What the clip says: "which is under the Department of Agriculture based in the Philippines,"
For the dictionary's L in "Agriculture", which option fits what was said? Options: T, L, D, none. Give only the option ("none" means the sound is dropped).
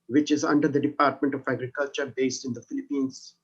L